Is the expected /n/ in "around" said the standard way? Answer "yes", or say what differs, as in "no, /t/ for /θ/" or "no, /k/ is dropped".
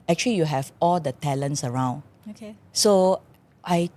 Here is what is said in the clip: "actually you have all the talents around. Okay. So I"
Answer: yes